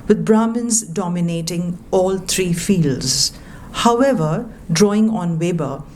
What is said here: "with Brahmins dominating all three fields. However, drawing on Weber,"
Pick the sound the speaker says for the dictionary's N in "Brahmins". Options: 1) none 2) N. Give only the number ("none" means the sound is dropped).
2